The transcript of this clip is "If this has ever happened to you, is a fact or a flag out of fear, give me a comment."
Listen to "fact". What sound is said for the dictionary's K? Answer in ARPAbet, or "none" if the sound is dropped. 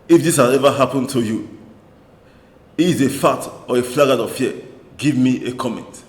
none